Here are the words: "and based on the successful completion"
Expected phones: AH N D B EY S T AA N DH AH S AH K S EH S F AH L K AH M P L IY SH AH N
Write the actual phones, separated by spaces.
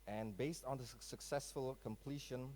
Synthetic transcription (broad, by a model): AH N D B EY S T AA N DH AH S AH K S EH S F AH L K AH M P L IY SH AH N